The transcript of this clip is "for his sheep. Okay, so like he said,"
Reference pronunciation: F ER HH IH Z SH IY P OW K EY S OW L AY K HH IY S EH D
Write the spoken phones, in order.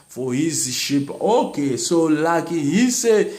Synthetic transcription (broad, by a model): F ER HH IH Z SH IY P OW K EY S OW L AY K HH IY S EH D